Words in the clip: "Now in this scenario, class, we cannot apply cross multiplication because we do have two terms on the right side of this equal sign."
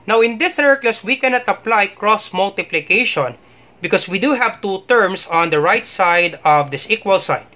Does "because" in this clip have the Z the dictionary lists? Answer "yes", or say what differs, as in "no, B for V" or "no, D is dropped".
no, S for Z